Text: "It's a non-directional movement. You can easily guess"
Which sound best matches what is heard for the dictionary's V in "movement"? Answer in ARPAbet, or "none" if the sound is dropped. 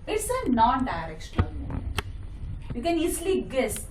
none